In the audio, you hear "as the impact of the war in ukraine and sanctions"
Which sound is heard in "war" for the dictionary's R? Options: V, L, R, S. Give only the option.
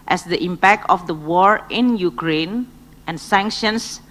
R